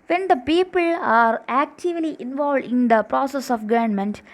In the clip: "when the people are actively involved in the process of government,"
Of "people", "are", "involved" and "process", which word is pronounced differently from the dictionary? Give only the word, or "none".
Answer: none